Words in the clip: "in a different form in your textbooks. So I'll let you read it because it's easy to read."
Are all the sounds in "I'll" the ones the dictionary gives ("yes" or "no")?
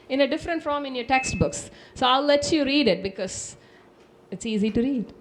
yes